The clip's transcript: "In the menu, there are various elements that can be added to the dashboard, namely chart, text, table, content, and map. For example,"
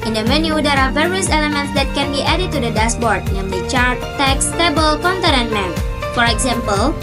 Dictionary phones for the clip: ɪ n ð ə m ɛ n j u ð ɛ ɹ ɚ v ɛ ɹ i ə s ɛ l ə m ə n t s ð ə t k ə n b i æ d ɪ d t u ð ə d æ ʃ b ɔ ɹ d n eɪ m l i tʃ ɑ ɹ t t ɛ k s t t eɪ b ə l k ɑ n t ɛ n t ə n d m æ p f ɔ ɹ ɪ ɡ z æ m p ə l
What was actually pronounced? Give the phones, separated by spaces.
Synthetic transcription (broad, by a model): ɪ n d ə m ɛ n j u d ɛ ɹ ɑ v ɛ ɹ i ə s ɛ l ə m ə n t s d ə t k ə n b i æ d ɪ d t u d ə d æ s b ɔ ɹ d n eɪ m l i tʃ ɑ ɹ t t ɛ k s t t eɪ b ə l k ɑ n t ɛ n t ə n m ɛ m f ɔ ɹ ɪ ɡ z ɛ m p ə l